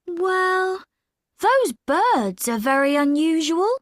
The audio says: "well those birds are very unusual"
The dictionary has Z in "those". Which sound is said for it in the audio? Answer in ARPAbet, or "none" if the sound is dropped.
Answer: Z